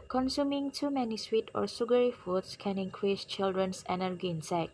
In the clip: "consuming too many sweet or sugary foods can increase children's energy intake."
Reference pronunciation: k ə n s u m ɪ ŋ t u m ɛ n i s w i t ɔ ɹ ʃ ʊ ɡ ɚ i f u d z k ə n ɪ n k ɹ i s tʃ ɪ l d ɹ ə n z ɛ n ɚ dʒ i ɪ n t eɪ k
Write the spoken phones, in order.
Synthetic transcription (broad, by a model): k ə n s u m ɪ ŋ t u m ɛ n i s w i t ɔ ɹ s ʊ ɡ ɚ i f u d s k ə n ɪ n k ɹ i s tʃ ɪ l d ɹ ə n s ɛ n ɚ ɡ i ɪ n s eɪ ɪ